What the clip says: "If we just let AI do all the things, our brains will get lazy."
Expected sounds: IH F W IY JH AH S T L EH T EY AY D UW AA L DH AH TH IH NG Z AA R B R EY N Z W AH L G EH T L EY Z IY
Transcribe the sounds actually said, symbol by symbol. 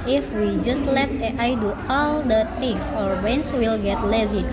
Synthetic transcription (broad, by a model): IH F W IY JH AH S T L EH T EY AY D UW AA L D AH T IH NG AA R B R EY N S W AH L G EH T L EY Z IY